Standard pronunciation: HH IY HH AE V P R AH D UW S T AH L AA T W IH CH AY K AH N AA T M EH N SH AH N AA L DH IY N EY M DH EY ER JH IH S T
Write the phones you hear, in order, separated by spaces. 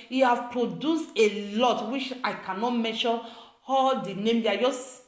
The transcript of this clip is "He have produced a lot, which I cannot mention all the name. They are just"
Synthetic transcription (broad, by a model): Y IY HH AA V P R AH D UW S T AH L AA T W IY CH AY K AH N AA T M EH SH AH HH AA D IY N EY M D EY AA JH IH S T